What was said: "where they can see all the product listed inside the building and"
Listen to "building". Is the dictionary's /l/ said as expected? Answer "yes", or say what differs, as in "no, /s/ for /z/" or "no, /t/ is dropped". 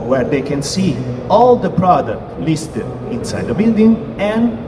yes